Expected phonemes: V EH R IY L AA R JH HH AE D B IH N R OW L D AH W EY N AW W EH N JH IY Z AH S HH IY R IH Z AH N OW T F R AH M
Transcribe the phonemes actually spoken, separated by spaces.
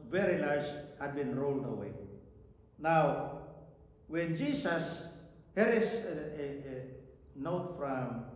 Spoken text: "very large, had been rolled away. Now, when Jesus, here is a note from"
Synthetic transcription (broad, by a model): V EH R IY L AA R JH HH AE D B IH N R OW L D AH W EY N AW W EH N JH IY S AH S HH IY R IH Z N OW T F R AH M